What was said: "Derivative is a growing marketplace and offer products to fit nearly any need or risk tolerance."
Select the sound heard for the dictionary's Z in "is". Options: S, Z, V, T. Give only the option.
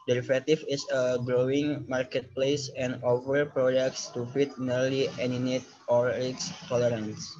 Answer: S